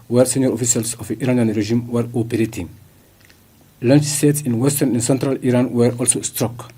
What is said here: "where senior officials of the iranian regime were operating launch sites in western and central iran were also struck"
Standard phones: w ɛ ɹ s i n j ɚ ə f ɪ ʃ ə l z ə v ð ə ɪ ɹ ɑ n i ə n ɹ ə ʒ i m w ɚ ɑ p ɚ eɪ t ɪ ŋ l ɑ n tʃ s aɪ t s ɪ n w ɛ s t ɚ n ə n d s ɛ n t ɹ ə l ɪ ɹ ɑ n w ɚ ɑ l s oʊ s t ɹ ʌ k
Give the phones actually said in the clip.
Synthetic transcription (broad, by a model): w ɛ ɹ s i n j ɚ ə f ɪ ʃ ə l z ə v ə ɪ ɹ ɑ n i ə n ɹ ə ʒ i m w ɚ ɑ p ɚ eɪ t ɪ ŋ l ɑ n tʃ s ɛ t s ɪ n w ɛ s t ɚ n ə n s ɛ n t ɹ ə l ɪ ɹ ɑ n w ɚ ɑ l s oʊ s t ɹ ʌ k